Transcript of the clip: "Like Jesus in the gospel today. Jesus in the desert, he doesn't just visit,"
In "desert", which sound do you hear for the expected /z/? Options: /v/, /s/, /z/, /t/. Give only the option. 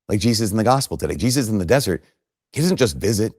/z/